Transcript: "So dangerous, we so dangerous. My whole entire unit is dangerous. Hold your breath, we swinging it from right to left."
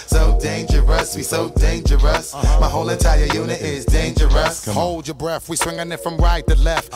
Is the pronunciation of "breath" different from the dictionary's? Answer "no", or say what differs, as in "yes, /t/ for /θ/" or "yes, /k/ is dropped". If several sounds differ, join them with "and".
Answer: no